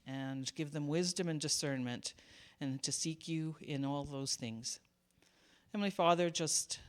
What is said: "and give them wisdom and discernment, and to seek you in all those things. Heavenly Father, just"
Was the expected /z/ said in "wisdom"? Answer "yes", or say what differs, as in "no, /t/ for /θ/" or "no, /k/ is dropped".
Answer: yes